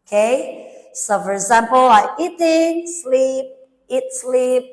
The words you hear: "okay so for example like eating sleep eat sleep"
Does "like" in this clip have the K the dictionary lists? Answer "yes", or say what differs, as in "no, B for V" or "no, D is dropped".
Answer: no, K is dropped